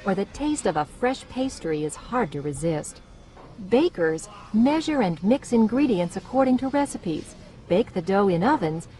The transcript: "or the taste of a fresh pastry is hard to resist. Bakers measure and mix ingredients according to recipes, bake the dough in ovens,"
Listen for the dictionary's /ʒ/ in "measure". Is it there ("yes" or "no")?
yes